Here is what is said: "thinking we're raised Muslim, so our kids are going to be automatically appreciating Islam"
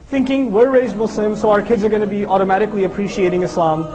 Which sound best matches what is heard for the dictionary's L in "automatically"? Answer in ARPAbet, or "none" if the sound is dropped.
L